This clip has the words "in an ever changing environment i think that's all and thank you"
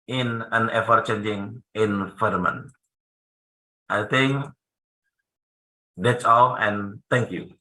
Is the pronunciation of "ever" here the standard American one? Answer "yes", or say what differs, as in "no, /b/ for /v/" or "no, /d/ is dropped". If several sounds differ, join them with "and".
no, /f/ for /v/